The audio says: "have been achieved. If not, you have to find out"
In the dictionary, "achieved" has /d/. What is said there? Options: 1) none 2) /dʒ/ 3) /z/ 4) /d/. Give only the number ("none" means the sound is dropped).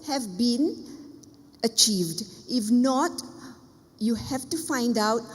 4